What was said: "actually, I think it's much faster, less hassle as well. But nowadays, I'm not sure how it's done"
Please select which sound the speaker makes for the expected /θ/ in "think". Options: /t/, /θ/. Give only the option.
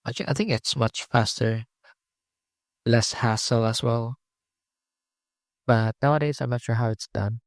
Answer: /θ/